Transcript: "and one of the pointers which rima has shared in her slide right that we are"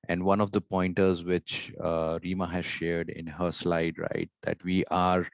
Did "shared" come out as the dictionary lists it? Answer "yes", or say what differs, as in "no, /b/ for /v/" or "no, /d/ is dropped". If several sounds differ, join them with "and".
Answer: yes